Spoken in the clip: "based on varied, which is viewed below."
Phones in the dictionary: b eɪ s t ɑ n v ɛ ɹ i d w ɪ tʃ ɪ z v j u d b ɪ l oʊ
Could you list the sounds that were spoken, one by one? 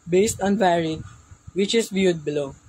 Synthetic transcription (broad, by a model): b eɪ s t ɑ n v ɛ ɹ i d w ɪ tʃ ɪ s v j u d b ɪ l oʊ